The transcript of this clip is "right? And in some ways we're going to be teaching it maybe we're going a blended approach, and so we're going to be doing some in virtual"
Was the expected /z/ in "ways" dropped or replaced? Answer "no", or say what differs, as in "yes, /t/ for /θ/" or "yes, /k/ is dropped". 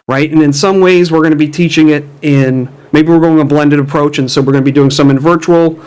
no